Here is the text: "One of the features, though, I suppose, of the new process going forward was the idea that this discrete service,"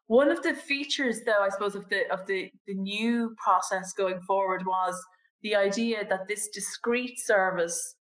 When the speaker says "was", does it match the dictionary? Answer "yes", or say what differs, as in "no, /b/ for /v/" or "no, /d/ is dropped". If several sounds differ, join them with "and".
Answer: yes